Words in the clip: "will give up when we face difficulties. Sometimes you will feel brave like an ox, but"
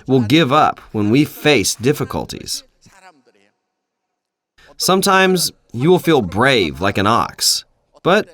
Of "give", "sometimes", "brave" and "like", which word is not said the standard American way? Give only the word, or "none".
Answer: none